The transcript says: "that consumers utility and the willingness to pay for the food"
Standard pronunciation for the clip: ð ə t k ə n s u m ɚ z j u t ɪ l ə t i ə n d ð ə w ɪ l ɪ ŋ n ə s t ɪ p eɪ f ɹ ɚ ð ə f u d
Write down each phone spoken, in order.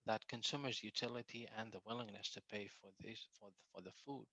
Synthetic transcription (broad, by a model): ð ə t k ə n s u m ɚ z j u t ɪ l ə t i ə n ð ə w ɪ l ɪ ŋ n ə s t ɪ p eɪ f ɹ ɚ ð ə f u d